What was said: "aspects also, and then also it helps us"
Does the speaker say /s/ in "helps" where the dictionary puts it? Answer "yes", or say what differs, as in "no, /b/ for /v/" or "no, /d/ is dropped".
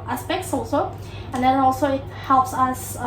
yes